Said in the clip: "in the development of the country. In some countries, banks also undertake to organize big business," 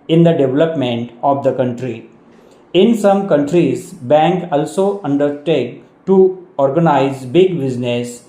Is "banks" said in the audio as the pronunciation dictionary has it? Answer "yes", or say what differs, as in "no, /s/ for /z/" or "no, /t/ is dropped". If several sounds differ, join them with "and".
no, /s/ is dropped